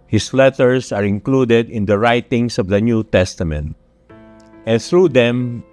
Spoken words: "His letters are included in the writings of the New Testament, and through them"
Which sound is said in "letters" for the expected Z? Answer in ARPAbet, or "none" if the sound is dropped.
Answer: S